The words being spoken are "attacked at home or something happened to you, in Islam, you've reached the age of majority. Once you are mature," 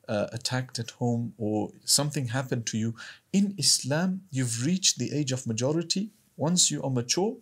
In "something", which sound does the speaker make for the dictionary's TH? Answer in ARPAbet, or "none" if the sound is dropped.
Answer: TH